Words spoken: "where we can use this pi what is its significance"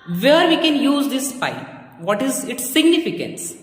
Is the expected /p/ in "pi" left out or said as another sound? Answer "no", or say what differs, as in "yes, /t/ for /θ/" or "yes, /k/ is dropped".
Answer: yes, /f/ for /p/